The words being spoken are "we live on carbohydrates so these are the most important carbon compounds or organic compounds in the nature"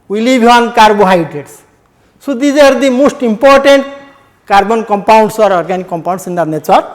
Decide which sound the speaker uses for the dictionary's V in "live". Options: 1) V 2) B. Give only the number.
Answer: 2